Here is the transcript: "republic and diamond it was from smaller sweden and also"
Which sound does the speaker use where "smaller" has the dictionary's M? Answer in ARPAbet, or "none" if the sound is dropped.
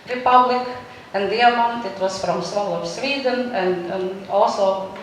none